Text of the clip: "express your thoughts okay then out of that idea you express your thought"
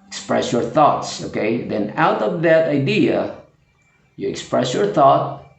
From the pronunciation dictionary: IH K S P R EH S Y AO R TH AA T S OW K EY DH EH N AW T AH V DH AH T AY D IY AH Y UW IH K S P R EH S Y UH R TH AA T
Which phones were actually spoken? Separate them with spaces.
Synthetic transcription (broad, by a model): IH K S P R EH S Y AO R TH AA T S OW K EY DH EH N AW T AH V DH AH T AY D IY AH Y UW IH K S P R EH S Y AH R TH AA T